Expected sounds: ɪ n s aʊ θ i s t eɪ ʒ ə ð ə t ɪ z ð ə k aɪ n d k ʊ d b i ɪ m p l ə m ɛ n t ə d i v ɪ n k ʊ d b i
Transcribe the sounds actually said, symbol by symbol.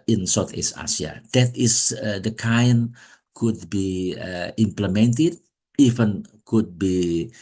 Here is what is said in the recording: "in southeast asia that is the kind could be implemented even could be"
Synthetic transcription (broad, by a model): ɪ n s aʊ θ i s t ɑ s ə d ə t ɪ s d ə k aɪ n k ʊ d b i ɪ m p l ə m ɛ n t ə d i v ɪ n k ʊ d b i